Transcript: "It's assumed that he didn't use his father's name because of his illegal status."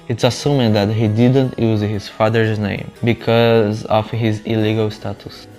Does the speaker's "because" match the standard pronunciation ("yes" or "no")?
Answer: yes